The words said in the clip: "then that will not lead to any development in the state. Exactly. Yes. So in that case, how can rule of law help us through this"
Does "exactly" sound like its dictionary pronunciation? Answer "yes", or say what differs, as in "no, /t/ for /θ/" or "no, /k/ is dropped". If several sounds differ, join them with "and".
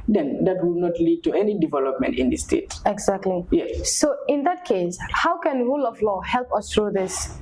yes